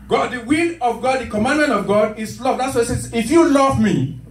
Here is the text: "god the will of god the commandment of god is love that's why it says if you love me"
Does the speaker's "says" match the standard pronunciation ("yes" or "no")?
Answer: no